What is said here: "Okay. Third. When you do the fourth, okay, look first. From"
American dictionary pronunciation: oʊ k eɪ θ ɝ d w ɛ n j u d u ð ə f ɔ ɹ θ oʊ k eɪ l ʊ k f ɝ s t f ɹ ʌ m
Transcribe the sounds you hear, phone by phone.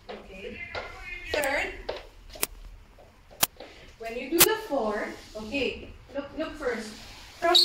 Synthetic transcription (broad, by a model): oʊ k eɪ s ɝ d w ɛ n j u d u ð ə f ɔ ɹ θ oʊ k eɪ l ʊ k f ɝ s t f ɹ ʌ